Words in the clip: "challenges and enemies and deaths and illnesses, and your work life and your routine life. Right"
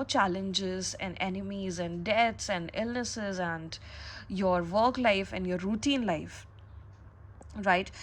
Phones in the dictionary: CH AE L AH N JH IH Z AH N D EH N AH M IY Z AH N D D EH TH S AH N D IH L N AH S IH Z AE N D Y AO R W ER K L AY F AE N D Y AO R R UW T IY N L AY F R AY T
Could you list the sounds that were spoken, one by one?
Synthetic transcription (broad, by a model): CH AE L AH N JH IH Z AH N D EH N AH M IY Z AH N D D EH T S AH N D IH L N AH S IH Z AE N D Y AO R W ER K L AY F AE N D Y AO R R UW T IY N L AY F R AY T